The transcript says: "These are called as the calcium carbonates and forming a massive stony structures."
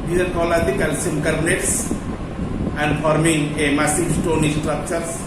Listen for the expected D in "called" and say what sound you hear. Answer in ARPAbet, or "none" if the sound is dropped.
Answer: none